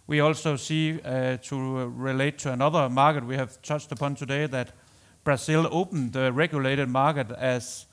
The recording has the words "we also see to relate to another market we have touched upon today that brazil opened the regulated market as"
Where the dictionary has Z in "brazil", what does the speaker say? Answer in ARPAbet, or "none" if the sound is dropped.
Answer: S